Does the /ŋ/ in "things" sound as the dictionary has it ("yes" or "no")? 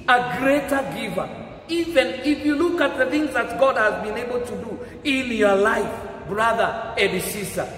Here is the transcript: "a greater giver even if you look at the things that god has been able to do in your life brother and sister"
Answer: yes